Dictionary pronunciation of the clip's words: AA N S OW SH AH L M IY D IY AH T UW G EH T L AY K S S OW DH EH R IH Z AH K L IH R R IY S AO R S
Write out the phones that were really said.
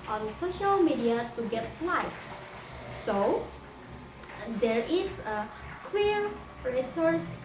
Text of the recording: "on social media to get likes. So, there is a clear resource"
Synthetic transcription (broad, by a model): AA N S OW SH AH L M IY D IY AH T UW G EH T L AY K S S OW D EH R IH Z AH K W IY R R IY S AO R S